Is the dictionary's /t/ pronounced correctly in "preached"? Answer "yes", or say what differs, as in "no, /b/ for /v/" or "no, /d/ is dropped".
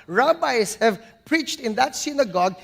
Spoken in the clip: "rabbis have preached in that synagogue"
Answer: yes